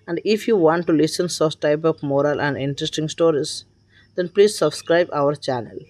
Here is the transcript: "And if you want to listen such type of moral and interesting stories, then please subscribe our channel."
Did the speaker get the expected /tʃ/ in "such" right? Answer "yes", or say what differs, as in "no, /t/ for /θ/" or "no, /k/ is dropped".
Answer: no, /s/ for /tʃ/